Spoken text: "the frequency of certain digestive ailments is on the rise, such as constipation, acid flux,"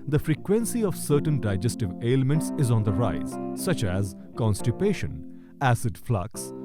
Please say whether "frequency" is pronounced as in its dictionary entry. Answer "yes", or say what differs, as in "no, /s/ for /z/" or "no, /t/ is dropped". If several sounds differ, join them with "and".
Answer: yes